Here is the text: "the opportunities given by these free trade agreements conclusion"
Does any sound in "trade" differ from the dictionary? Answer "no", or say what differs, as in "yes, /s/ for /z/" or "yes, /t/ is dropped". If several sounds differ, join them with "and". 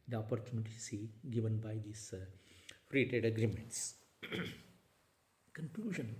yes, /ɹ/ is dropped